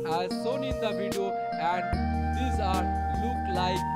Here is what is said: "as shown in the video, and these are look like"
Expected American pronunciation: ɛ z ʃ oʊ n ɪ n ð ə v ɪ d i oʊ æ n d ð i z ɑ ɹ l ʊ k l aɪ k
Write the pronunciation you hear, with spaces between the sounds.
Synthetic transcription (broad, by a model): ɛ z s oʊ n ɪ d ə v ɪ d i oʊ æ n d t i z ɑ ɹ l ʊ k l aɪ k